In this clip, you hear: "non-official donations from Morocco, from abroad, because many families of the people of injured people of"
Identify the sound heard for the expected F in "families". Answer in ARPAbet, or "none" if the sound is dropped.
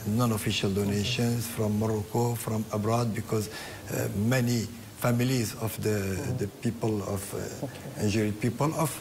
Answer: F